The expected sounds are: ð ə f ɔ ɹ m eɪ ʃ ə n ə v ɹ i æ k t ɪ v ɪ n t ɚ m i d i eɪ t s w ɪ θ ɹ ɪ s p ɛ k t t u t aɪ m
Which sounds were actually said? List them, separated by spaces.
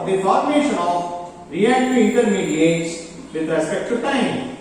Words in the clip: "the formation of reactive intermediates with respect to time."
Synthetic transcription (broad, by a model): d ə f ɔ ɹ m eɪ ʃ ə n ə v ɹ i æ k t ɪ ɪ n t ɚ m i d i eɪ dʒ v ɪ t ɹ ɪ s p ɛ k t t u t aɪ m